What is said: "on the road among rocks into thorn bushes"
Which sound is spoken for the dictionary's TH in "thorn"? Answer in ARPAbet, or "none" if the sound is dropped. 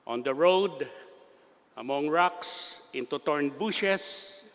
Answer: T